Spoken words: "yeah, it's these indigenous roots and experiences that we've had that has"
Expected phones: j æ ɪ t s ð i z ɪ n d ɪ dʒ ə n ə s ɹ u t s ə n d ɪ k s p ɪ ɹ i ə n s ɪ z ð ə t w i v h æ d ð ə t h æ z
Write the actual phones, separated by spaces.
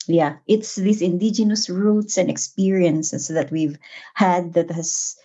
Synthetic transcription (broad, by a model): j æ ɪ t s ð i s ɪ n d ɪ dʒ ə n ə s ɹ u t s ə n d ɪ k s p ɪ ɹ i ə n s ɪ s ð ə t w i v h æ d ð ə t h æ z